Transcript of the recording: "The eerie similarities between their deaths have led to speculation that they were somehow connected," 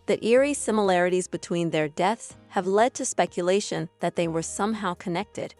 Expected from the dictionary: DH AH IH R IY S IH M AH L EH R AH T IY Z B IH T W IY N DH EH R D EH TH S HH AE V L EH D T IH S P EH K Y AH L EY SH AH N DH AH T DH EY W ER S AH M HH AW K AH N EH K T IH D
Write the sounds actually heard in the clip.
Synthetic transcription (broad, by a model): DH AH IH R IY S IH M AH L EH R AH T IY Z B IH T W IY N DH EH R D EH TH S HH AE V L EH D T IH S P EH K Y AH L EY SH AH N DH AH T DH EY W ER S AH M HH AW K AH N EH K T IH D